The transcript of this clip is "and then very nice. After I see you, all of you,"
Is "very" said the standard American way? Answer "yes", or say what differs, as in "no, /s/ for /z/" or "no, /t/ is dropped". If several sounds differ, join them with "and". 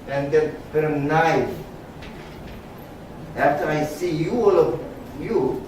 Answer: no, /p/ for /v/